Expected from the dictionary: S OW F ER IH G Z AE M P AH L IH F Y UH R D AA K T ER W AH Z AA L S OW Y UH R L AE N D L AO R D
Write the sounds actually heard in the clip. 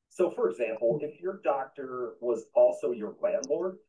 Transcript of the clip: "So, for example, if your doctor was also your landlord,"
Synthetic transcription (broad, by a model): S OW F ER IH G Z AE M P L IH F Y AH R D AA K T ER W AH Z AA L S OW Y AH R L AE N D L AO R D